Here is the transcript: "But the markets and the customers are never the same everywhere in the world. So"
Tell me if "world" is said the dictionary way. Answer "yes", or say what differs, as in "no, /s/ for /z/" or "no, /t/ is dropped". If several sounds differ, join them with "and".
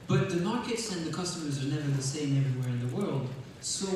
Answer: yes